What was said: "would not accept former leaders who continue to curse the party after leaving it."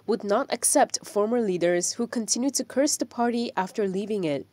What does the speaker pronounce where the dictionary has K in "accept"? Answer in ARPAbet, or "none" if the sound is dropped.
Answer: K